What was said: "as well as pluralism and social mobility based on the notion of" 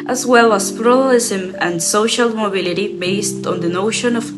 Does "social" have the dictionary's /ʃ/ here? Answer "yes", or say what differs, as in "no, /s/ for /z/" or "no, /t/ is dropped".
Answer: yes